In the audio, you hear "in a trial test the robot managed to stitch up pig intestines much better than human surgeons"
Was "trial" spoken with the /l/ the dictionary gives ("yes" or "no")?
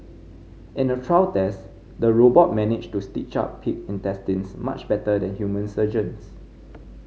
no